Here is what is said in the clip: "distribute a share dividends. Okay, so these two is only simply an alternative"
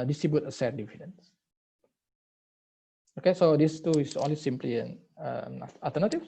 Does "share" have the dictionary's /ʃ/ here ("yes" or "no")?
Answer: no